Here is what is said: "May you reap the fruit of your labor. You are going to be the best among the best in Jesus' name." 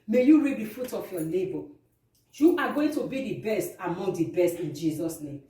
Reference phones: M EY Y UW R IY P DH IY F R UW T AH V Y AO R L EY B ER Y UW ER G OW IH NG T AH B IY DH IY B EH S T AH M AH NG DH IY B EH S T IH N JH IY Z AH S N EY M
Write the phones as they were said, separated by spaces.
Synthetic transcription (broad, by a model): M EY Y UW R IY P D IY F UW T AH F Y AO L EY B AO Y UW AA G OW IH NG T AH B IY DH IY B EH S T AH M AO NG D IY B EH S T IH N JH IY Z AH S N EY M